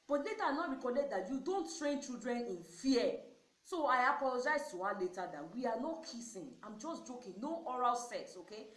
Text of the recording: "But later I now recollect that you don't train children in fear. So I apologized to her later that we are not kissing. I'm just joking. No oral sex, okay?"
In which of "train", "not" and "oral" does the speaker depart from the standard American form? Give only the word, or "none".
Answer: none